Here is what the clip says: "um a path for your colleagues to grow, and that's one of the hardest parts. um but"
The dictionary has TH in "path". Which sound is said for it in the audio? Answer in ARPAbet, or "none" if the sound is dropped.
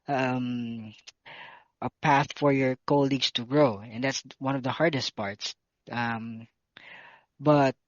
TH